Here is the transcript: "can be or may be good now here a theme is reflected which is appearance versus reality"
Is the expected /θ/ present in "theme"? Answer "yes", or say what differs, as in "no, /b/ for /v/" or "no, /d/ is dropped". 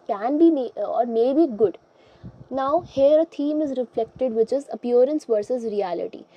no, /t/ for /θ/